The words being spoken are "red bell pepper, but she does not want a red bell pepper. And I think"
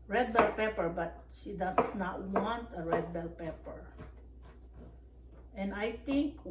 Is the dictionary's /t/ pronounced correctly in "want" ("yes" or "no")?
yes